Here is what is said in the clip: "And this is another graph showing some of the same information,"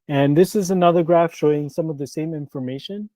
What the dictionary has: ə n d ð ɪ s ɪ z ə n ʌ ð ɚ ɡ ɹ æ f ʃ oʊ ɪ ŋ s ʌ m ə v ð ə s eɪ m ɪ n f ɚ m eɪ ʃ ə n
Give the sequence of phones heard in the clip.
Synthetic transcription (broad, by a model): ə n ð ɪ s ɪ z ə n ʌ ð ɚ ɡ ɹ æ f ʃ oʊ ɪ ŋ s ʌ m ə v ð ə s eɪ m ɪ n f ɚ m eɪ ʃ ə n